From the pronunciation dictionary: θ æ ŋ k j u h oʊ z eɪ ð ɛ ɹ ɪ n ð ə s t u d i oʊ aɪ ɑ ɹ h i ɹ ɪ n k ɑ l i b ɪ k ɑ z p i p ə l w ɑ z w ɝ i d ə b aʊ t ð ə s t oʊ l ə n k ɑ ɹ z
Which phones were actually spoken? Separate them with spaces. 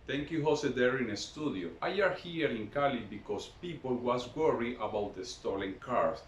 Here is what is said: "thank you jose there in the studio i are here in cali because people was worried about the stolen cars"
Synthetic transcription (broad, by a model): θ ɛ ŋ k j u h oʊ s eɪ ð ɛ ɹ ɪ n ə s t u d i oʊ aɪ ɑ ɹ h i ɹ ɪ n k ɑ l i b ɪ k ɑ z p i p ə l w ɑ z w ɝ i ə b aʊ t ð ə s t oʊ l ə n k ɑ ɹ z